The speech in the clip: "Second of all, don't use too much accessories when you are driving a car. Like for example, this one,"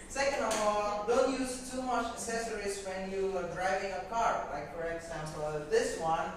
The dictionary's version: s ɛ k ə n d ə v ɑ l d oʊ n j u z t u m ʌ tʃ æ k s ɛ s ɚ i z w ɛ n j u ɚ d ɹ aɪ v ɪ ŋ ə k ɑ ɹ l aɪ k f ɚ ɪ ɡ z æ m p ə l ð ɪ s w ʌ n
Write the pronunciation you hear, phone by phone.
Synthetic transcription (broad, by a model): s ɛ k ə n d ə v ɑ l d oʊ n j u z t u m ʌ tʃ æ s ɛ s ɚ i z w ɛ n j u ɚ d ɹ aɪ v ɪ ŋ ə k ɑ ɹ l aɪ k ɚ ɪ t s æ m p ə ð ɪ s w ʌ n